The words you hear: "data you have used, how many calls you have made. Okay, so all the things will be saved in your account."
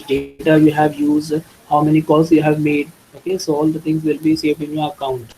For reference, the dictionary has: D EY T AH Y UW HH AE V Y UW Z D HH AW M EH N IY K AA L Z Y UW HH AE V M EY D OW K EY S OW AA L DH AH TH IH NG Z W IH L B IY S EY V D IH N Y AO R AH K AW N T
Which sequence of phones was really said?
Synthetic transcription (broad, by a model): D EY T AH Y UW HH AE V Y UW Z D HH AW M EH N IY K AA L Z Y UW HH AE V M EY D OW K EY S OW AA L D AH T IH NG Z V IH L B IY S EY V IH N Y AO R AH K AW N T